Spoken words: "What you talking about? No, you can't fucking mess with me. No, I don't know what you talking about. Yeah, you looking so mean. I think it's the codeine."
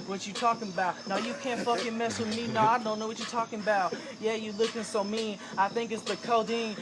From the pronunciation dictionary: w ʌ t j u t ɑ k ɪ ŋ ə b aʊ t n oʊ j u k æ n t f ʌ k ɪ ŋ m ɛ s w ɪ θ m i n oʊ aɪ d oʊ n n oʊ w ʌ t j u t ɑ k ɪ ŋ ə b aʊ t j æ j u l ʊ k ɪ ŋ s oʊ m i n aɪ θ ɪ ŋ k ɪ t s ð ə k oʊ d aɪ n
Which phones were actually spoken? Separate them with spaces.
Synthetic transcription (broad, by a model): w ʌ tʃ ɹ t ɑ k ɪ ŋ ə b aʊ t n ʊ j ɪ k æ n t f ʌ k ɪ m ɛ s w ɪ m i n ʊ aɪ d oʊ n n oʊ w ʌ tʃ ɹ t ɑ k ɪ ŋ ə b aʊ t j æ j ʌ l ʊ k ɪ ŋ s oʊ m i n aɪ θ ɪ ŋ k ɪ t s ð ə k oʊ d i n